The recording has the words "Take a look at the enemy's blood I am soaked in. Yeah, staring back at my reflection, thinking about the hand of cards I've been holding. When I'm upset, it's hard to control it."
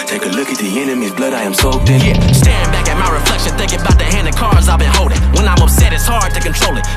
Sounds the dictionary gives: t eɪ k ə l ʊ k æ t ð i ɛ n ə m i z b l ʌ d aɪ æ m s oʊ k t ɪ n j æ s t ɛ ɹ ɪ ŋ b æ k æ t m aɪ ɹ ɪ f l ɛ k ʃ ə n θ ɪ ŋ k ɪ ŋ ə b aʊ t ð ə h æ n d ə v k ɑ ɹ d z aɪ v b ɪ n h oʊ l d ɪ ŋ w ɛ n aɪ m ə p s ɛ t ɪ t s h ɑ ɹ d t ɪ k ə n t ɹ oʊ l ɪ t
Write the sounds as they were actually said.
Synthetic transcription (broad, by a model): t eɪ k ə l ʊ k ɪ t ð i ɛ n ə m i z b l ʌ d aɪ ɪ m s oʊ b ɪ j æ s t ɛ ɹ ɪ ŋ b æ k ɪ t m aɪ ɹ ɪ f l ɛ k ʃ ə n θ ɪ ŋ k ɪ ŋ ə b aʊ t ð ə h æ n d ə k ɑ ɹ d z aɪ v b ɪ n h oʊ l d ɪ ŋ w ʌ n aɪ m ə p s ɛ t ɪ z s h ɑ ɹ d t ɪ k ə n t ɹ oʊ l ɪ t